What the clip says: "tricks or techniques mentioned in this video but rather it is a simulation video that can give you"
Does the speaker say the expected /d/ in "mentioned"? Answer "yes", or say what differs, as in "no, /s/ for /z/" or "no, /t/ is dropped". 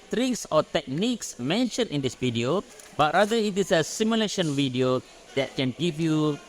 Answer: no, /d/ is dropped